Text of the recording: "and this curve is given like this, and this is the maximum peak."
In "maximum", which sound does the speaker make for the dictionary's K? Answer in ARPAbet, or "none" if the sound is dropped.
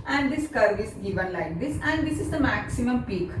K